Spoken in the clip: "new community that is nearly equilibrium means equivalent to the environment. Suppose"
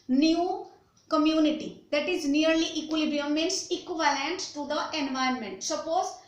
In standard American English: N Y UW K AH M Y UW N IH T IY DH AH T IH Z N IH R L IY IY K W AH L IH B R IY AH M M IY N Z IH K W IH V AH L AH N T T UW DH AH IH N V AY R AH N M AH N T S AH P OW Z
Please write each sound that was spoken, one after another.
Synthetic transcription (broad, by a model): N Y UW K AH M Y UW N IH T IY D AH T IH Z N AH R L IY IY K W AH L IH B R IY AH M M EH N S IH K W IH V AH L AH N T T UW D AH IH N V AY AH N M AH N T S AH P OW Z